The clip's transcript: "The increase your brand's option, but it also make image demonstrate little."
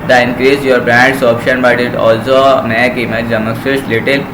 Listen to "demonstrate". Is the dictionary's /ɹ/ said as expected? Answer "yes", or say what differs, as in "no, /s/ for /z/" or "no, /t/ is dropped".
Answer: no, /ɹ/ is dropped